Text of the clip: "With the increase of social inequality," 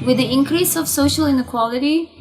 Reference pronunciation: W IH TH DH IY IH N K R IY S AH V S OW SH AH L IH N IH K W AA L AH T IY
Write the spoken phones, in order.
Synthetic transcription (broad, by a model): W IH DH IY IH N K R IY S AH V S OW SH AH L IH N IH K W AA L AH T IY